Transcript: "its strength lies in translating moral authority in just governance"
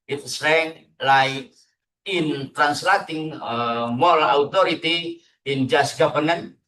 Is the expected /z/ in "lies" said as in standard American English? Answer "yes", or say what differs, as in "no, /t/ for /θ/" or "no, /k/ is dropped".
no, /z/ is dropped